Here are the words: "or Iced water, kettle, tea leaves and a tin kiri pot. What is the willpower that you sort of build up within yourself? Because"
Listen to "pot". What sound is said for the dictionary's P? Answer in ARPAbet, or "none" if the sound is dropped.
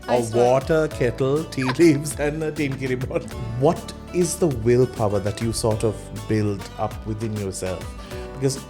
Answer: B